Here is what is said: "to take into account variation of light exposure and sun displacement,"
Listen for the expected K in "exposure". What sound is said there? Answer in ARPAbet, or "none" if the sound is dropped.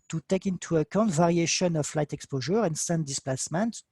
K